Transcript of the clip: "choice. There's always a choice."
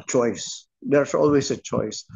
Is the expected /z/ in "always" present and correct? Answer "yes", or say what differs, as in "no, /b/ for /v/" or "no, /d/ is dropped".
no, /s/ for /z/